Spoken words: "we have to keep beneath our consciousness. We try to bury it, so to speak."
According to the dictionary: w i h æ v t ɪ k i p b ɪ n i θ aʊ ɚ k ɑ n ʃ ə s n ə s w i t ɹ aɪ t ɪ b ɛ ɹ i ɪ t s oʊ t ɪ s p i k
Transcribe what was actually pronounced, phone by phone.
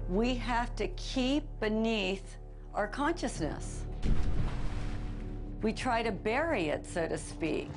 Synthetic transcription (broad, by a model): w i h æ f t ɪ k i p b ɪ n i θ aʊ ɚ k ɑ n ʃ ə s n ə s w i t ɹ aɪ t ɪ b ɛ ɹ i ɪ t s oʊ t ɪ s p i k